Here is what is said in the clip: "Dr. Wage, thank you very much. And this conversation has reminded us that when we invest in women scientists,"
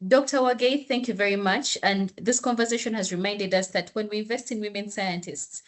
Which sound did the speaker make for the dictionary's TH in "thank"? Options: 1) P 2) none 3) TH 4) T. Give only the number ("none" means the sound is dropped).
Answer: 3